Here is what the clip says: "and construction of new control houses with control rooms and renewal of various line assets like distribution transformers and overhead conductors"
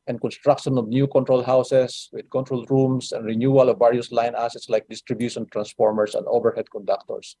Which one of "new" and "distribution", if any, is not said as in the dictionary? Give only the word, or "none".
none